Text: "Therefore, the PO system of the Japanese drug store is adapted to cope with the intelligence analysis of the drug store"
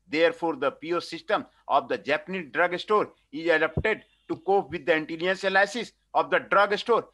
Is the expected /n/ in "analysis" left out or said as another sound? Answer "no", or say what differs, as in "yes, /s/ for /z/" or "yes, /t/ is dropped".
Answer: yes, /l/ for /n/